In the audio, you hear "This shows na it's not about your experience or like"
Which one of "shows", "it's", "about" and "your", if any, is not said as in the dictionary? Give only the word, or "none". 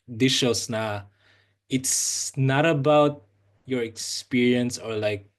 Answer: shows